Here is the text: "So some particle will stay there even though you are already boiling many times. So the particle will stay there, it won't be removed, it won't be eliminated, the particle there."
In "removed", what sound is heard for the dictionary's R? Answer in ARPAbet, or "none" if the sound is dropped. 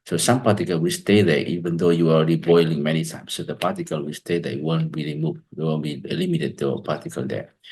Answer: L